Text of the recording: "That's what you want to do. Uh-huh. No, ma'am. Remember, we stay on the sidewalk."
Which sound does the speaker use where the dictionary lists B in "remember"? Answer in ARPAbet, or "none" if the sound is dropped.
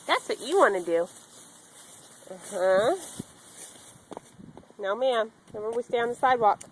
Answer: none